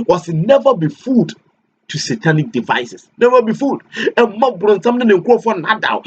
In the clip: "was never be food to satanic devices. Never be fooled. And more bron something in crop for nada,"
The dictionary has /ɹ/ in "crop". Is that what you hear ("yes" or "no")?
no